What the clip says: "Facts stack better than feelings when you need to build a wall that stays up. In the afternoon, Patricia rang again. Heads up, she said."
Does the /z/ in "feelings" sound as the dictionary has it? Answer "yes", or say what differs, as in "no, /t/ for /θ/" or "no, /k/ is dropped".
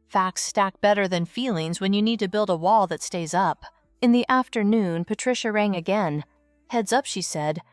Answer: yes